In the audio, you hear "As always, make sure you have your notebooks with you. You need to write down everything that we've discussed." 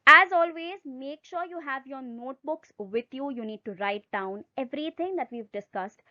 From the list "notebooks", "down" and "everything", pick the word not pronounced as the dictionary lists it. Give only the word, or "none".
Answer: everything